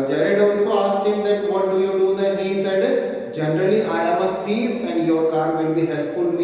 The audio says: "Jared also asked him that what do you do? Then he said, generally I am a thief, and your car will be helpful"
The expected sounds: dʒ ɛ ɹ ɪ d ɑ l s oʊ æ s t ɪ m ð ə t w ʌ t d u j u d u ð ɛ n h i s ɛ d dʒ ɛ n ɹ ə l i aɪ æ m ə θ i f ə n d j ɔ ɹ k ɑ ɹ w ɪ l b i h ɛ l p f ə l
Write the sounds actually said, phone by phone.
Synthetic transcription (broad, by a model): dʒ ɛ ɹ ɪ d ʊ n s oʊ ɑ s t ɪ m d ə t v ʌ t d u j u d u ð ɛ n h i s ɛ d dʒ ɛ n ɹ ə l i aɪ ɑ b ə t i ə n d j ɔ ɹ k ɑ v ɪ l b i h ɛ l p f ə l